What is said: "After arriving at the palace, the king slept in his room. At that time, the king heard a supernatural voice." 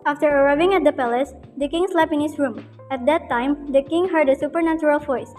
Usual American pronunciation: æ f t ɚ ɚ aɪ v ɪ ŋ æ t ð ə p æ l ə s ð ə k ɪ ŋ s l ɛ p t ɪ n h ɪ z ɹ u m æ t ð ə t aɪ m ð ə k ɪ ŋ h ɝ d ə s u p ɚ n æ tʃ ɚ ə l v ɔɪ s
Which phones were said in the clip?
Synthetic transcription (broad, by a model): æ f t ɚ ɚ aɪ v ɪ ŋ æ t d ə p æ l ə s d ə k ɪ ŋ s l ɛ p ɪ n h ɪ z ɹ u m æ t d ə t aɪ m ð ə k ɪ ŋ h ɝ d ə s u p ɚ n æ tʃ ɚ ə l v ɔɪ s